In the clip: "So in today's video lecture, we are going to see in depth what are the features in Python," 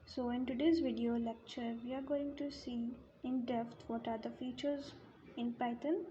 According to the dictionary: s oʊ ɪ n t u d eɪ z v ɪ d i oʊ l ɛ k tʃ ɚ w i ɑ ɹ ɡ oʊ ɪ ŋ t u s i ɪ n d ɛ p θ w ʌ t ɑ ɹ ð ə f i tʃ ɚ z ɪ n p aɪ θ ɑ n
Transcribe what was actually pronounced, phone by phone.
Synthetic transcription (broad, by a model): s oʊ ɪ n t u d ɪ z v ɪ d i oʊ l ɛ k tʃ ɚ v i ɑ ɹ ɡ oʊ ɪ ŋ t u s i ɪ n d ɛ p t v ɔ t ɑ ɹ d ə f i tʃ ɚ z ɪ n p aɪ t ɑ n